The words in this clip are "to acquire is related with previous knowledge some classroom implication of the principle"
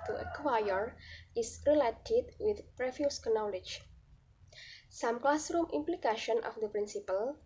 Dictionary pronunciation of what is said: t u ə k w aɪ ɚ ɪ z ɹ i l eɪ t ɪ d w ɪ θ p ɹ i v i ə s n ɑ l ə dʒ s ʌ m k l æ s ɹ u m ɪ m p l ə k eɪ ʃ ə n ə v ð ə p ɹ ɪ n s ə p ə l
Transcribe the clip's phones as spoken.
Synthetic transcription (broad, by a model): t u ə k w aɪ ɚ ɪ s ɹ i l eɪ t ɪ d w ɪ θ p ɹ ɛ f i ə s n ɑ l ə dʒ s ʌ m k l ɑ s ɹ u m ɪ m p l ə k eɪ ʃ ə n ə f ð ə p ɹ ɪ n s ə p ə l